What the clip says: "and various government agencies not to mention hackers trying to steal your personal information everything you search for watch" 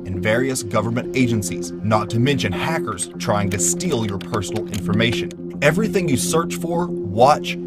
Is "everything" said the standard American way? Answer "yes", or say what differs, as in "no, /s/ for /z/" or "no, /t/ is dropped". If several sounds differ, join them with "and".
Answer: yes